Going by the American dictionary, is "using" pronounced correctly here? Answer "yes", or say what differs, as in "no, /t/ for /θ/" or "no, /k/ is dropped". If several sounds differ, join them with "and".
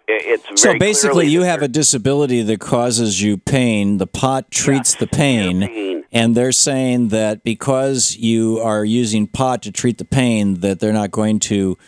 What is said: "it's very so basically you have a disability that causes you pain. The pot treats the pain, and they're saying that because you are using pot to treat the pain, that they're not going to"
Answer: yes